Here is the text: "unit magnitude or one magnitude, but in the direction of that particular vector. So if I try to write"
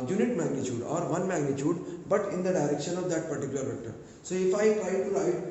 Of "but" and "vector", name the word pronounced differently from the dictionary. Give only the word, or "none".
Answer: vector